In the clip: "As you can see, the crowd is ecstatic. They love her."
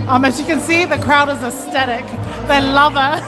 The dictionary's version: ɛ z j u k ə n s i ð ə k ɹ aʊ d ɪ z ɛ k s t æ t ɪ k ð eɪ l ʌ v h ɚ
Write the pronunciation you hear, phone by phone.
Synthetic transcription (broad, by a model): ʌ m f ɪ k ə n s i ð ə k ɹ aʊ d ɪ z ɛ s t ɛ t ɪ k ð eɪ l ʌ v ɚ